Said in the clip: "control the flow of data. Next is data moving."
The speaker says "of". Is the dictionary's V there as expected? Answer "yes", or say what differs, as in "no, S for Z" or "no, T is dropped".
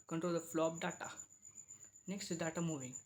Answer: no, P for V